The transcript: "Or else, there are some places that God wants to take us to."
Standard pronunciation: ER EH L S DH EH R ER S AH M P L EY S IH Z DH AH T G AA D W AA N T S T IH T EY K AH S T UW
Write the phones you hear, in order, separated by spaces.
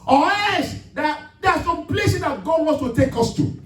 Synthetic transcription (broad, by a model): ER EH S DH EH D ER S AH M P L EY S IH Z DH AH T G AA D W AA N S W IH T EY K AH S T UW